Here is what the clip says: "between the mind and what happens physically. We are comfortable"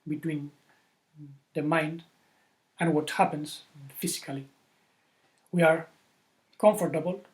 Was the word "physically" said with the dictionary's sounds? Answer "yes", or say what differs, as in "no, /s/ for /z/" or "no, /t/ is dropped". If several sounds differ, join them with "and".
no, /s/ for /z/